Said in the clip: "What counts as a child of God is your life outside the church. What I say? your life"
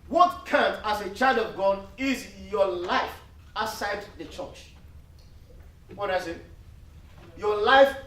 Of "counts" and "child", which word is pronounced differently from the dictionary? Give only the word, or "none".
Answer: counts